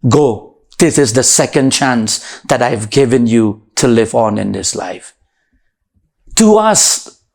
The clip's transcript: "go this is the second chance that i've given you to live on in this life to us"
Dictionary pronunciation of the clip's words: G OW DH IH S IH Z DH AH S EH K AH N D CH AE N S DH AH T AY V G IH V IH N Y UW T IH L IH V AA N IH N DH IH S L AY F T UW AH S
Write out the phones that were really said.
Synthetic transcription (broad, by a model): G OW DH IH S IH Z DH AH S EH K AH N D CH AE N S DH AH T AY V G IH V IH N Y UW T IH L IH V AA N IH N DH IH S L AY F T UW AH S